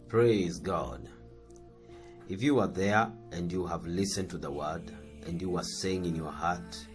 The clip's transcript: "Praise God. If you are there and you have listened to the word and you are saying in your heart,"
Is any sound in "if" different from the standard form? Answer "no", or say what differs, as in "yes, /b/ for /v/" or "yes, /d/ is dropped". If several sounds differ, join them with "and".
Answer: no